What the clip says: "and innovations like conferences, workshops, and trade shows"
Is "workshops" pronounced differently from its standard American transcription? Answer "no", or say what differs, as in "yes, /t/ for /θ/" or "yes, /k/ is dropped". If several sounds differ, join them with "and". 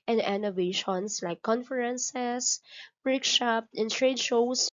yes, /s/ is dropped